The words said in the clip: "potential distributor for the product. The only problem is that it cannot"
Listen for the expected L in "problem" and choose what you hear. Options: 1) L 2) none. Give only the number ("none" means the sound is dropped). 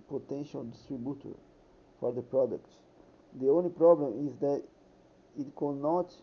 1